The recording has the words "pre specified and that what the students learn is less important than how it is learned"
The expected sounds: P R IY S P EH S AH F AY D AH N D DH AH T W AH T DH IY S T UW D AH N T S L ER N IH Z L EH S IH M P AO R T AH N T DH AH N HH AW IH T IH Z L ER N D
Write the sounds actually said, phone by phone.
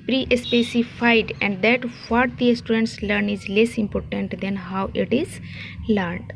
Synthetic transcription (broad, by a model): P R IY S P EH S AH F AY D AH N D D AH T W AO T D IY S T UW D AH N T S L ER N IH Z L EH S IH M P AO R T AH N T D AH N HH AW IH T IH Z L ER N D